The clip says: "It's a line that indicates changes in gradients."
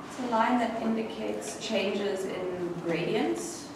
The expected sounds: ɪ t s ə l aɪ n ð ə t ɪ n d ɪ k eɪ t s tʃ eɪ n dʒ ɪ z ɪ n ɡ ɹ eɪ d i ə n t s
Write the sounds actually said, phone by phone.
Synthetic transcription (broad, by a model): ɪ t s ə l aɪ n ð ə t ɪ n d ɪ k eɪ t s tʃ eɪ n dʒ ɪ z ɪ n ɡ ɹ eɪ d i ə n t s